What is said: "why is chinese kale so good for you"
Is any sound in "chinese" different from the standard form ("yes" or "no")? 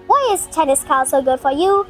yes